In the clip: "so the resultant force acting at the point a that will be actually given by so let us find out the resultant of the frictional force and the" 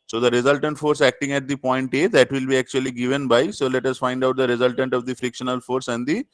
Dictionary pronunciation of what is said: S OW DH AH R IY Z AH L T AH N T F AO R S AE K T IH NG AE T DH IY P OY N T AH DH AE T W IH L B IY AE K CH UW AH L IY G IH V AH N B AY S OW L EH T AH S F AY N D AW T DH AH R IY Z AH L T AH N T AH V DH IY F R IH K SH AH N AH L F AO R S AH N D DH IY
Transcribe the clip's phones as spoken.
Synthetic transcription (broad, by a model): S OW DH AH R IY Z AH L T AH N T F AO R S AE K T IH NG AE T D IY P OY N T AH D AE T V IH L B IY AE K CH UW AH L IY G IH V AH N B AY S OW L EH T AH S F AY N D AW T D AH R IY Z AH L T AH N T AH V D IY F R IH K SH AH N AH L F AO R S AH N D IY